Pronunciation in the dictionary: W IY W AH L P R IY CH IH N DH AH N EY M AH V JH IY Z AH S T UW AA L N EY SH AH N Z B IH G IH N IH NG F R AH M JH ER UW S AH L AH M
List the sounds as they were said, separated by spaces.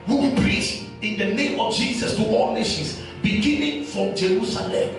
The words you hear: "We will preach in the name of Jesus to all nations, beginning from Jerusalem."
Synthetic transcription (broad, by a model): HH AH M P R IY S IH N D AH N EY M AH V JH IY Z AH S T UW AA L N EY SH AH N S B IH G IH N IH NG F R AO M JH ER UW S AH L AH M